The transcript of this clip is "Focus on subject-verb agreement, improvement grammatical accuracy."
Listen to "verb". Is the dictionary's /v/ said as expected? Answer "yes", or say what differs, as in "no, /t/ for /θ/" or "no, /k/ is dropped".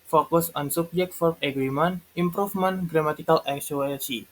no, /f/ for /v/